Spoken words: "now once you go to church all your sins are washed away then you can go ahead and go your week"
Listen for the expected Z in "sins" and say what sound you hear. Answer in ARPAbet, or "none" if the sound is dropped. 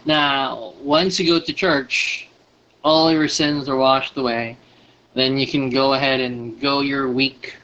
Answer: Z